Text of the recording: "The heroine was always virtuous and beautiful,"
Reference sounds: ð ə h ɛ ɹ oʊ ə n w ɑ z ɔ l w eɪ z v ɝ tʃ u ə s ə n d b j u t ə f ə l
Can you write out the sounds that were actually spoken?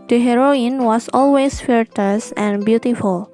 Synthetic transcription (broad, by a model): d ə h ɛ ɹ oʊ ə n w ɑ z ɔ l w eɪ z f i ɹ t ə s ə n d b j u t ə f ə l